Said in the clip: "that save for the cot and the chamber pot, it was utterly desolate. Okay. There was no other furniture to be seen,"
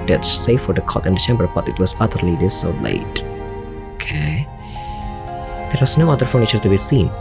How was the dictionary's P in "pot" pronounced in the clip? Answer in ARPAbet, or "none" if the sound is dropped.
B